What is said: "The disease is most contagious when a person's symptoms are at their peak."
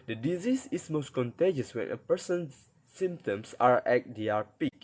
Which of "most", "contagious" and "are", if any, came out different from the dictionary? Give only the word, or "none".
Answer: none